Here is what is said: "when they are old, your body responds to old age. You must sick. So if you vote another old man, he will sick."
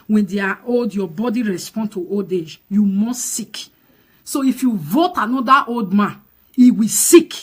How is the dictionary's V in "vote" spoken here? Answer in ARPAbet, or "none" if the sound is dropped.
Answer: V